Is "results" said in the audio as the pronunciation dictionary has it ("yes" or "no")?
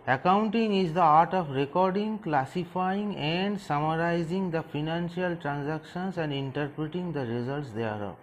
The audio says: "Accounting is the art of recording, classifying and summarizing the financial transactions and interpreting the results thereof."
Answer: yes